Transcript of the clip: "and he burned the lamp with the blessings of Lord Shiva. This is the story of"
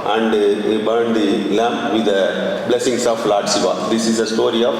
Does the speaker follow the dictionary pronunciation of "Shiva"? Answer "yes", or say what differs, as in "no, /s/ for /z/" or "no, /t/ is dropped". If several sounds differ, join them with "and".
no, /s/ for /ʃ/